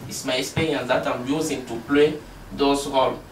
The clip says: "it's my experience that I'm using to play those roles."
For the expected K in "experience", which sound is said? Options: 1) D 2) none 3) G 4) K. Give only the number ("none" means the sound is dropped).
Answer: 2